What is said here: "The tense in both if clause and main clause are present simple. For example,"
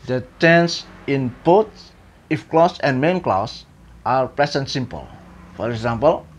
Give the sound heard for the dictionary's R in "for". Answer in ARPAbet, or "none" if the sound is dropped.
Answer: R